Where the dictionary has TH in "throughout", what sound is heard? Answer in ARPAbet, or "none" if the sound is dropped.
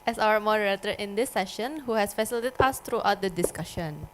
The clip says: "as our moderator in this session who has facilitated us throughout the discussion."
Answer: T